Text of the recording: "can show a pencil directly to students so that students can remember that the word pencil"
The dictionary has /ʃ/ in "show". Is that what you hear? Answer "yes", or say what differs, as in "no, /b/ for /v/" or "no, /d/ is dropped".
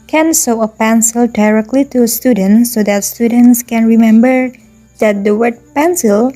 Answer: no, /s/ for /ʃ/